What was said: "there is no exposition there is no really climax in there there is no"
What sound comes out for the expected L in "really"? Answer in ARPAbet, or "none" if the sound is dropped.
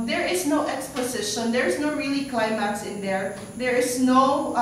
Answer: L